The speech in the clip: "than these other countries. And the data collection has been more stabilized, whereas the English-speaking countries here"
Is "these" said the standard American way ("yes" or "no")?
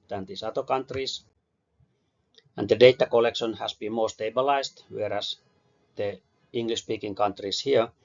no